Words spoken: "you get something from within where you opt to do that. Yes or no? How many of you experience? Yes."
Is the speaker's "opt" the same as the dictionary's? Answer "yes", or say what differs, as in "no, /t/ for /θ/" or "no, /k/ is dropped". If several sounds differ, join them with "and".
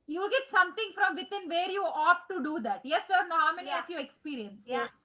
no, /p/ is dropped